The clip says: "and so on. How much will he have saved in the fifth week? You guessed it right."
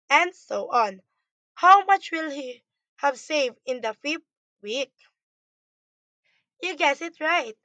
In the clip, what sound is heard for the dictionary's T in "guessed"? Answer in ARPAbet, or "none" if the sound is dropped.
none